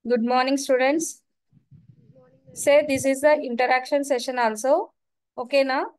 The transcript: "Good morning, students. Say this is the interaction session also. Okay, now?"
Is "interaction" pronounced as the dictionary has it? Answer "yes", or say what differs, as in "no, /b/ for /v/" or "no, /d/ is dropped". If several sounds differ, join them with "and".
yes